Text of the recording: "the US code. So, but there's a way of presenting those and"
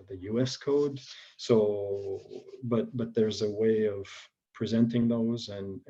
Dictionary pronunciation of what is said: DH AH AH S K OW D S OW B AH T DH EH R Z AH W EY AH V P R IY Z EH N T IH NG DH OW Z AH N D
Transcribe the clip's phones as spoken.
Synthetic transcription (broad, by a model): DH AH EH S K OW D S OW B AH T DH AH R Z AH W EY AH V P R IY Z EH N T IH NG DH OW Z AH N